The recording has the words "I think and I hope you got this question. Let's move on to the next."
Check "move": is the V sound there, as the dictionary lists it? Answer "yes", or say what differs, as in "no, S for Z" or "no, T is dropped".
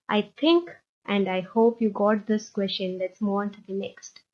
no, V is dropped